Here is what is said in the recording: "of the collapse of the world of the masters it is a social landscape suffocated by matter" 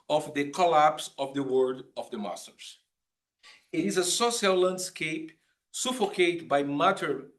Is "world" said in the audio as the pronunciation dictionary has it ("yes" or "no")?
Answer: no